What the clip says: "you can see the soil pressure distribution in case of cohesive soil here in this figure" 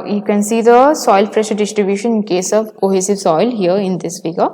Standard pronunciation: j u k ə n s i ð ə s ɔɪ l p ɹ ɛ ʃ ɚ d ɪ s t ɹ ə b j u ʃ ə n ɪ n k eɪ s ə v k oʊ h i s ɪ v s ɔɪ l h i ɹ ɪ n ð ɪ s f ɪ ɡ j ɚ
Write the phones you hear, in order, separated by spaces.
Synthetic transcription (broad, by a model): j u k ə n s i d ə s ɔɪ l f ɹ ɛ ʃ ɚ d ɪ s t ɹ ə b j u ʃ ə n ɪ n k eɪ s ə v k oʊ h i s ɪ v s ɔɪ l h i ɹ ɪ n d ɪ s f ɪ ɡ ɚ